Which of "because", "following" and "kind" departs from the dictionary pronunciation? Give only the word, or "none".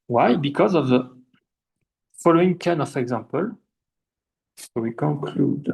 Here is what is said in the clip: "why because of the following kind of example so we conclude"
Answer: kind